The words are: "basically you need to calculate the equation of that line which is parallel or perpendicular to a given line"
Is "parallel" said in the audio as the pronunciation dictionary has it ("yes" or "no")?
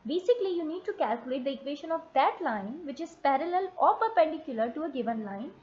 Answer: yes